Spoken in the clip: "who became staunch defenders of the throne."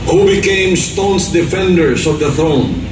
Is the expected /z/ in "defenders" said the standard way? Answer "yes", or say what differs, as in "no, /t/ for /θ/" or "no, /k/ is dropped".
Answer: no, /s/ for /z/